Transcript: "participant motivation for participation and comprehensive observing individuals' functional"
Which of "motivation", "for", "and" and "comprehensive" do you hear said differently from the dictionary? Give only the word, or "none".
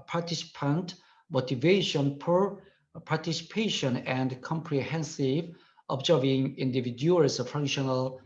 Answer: for